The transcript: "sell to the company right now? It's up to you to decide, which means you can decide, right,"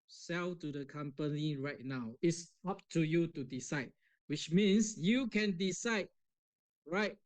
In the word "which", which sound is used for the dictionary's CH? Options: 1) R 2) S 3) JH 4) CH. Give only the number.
4